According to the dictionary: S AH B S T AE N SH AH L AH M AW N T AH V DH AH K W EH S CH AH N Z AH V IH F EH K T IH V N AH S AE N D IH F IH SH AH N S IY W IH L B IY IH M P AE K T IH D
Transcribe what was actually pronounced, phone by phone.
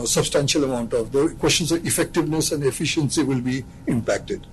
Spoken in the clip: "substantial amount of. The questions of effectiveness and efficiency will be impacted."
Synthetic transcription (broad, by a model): S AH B S T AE N SH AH L AH M AW N T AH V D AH K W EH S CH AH N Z AH V IH F EH K T IH V N AH S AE N D IH F IH SH AH N S IY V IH L B IY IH M P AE K T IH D